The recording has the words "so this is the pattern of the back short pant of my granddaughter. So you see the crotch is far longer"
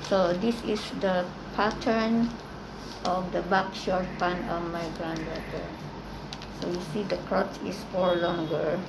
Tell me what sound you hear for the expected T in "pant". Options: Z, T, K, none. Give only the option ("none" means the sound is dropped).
none